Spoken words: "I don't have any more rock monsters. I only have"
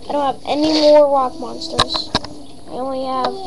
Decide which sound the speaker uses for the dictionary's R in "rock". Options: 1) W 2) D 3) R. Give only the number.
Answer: 1